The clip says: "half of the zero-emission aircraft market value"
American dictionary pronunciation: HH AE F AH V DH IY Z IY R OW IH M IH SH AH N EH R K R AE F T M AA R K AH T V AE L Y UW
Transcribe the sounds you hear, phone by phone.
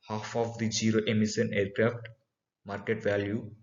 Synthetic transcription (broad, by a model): HH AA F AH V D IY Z IY R OW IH M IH S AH N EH R K R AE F T M AA R K AH T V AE L Y UW